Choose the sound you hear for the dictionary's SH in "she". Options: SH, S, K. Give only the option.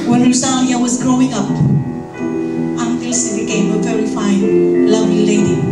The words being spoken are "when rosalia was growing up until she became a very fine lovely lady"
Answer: S